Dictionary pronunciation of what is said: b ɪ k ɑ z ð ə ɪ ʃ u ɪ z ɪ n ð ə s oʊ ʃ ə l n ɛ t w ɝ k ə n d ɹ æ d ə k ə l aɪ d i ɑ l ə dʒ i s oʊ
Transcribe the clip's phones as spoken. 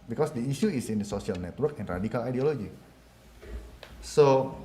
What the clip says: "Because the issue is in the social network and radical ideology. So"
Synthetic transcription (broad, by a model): b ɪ k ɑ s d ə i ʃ u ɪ s ɪ n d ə s oʊ s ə l n ɛ t w ɝ k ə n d ɹ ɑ d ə k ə l aɪ d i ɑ l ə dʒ i s oʊ